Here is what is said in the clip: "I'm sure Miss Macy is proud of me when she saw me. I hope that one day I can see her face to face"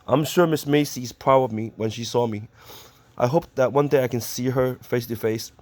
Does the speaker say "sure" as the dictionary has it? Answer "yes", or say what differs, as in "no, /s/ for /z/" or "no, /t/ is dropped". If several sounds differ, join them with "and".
yes